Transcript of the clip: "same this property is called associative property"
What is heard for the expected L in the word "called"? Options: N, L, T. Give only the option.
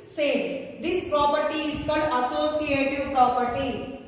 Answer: N